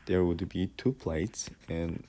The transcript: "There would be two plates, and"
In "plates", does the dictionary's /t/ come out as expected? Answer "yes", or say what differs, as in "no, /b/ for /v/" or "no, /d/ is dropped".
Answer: yes